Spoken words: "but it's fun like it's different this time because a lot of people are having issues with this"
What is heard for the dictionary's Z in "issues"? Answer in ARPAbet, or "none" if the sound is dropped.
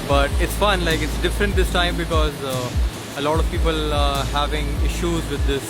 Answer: Z